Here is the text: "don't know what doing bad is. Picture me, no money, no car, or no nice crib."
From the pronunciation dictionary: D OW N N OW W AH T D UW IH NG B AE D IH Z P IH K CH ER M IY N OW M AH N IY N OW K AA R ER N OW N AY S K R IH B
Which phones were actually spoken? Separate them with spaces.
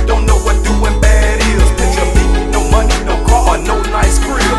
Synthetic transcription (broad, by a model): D OW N N OW W AH T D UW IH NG B AE D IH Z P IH CH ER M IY N OW M AH N IY N OW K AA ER N OW N AY S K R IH